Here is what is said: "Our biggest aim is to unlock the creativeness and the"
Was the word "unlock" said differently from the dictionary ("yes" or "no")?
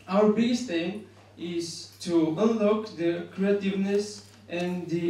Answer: no